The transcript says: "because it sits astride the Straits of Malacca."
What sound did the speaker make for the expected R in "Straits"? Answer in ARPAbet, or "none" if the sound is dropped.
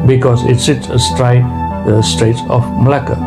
R